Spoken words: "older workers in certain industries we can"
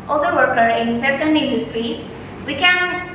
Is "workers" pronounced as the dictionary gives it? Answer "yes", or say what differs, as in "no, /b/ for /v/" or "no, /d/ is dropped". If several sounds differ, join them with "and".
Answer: no, /z/ is dropped